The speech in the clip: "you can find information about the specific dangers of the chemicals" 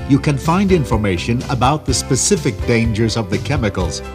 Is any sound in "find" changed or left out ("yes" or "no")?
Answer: no